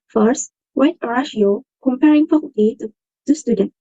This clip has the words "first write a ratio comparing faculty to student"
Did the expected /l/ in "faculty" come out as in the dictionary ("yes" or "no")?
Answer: no